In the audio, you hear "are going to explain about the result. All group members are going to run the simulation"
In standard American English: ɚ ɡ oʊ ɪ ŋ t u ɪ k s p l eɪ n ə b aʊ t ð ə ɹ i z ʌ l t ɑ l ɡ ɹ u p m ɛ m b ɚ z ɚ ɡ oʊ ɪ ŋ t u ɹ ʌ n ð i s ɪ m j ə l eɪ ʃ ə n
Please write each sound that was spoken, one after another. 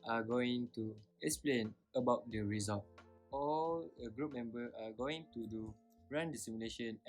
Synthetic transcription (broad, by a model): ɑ ɡ oʊ ɪ ŋ t u ɪ k s p l eɪ n ə b aʊ t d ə ɹ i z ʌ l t ɑ l ɡ ɹ u p m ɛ m b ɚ ɑ ɡ oʊ ɪ ŋ t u ɹ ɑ n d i s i m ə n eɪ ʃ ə n